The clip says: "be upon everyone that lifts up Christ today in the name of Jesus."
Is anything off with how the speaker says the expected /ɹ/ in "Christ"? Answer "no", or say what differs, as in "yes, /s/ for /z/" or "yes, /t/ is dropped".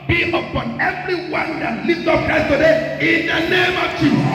yes, /ɹ/ is dropped